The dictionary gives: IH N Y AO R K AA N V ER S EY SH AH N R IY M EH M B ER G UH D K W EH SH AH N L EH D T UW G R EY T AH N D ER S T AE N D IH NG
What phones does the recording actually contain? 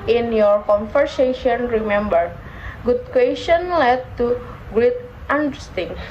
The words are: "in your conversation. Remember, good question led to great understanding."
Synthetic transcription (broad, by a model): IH N Y AO R K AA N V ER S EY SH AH N R IY M EH M B ER G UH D K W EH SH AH N L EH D T UW G L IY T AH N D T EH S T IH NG